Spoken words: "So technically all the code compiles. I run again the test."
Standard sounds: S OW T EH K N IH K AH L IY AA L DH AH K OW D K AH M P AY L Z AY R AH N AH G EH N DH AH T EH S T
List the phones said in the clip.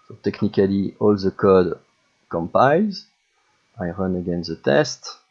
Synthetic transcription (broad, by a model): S OW T EH K N IH K AH L IY AA L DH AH K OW D K AH M P AY L Z AY R AH N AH G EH N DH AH T EH S T